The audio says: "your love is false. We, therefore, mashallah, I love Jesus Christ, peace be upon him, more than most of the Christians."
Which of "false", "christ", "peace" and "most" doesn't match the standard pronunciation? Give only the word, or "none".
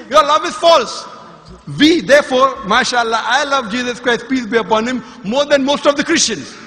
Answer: none